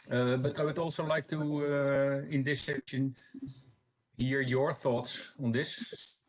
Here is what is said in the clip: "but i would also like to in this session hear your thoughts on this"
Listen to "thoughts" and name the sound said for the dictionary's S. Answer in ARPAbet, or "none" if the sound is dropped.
S